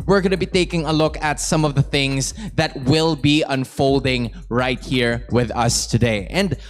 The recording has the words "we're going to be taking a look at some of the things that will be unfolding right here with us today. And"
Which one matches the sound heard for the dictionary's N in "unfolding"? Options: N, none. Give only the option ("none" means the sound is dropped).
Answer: N